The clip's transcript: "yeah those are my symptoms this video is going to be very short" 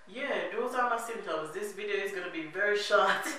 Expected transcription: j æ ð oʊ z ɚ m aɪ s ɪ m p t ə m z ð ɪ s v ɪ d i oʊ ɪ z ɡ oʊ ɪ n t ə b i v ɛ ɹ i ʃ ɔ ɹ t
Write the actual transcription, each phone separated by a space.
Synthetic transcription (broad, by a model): j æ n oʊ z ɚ m aɪ s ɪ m t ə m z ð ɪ s v ɪ d i oʊ ɪ z ɡ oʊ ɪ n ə b i v ɛ ɹ i ʃ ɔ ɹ t